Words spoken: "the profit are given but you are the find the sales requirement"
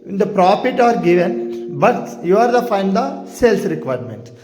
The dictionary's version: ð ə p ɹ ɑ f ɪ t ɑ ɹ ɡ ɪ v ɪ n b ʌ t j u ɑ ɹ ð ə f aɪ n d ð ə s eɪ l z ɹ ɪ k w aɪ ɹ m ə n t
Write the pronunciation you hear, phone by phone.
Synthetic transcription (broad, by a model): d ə p ɹ ɑ f ɪ t ɑ ɹ ɡ ɪ v ɪ n b ʌ t j u ɑ ɹ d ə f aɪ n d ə s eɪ l s ɹ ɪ k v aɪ ɹ m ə n t